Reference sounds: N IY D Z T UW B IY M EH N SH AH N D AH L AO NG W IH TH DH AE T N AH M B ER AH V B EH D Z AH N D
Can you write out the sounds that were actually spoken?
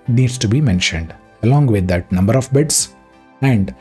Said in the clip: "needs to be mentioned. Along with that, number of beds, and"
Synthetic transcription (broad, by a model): N IY D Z T UW B IY M EH N SH AH N D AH L AO NG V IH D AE T N AH M B ER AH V B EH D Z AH N D